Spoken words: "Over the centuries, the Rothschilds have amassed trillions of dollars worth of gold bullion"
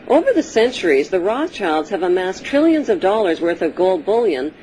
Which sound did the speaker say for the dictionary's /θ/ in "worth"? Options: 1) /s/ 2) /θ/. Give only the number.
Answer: 2